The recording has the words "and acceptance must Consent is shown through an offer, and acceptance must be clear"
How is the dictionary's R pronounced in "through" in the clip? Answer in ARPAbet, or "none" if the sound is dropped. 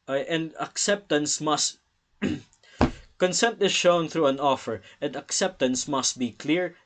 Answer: R